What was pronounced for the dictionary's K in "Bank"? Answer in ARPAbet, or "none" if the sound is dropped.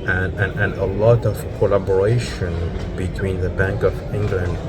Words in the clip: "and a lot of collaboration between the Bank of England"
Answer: K